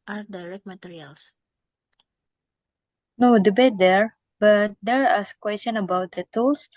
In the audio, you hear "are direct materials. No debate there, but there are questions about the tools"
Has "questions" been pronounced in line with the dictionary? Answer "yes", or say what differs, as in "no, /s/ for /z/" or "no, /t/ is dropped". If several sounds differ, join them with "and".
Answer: no, /z/ is dropped